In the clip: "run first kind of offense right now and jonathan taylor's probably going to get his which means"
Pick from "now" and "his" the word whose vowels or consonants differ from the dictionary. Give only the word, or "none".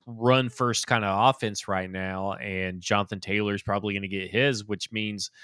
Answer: none